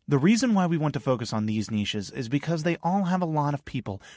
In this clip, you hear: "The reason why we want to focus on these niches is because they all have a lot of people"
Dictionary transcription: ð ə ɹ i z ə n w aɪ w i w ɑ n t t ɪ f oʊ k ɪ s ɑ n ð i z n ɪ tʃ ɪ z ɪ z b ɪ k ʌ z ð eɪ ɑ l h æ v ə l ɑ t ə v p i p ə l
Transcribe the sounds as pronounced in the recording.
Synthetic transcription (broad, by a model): ð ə ɹ i z ə n w aɪ w i w ɑ n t t ɪ f oʊ k ɪ s n ð i z n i ʃ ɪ z ɪ z b ɪ k ʌ z ð eɪ ɑ l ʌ v ə l ɑ t ə v p i p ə l